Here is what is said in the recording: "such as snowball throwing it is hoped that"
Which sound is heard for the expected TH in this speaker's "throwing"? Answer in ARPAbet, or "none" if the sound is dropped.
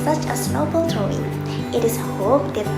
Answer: T